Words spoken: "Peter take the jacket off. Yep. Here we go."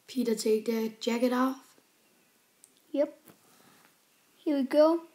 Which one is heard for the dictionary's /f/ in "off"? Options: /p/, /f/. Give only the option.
/f/